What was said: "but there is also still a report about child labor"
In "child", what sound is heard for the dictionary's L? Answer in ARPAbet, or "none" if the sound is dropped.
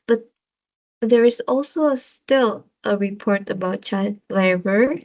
none